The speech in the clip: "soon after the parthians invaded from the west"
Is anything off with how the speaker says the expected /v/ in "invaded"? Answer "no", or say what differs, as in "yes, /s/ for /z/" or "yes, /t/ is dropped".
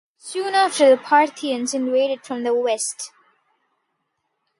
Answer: yes, /w/ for /v/